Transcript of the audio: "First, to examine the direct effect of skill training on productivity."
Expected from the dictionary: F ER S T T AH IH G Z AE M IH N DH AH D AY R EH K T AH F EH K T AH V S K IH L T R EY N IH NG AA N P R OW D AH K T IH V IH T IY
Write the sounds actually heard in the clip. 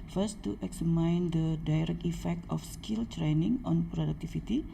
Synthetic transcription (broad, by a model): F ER S T T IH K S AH M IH N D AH D AY R EH K T AH F EH K T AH F S K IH L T R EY N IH NG AA N P R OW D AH K T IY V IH T IY